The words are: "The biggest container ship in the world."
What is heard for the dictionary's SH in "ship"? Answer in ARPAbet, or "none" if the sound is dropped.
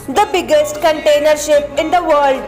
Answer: SH